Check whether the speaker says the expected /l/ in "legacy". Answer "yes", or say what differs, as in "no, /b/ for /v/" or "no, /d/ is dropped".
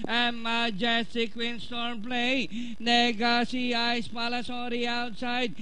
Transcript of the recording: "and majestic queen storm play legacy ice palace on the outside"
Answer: no, /n/ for /l/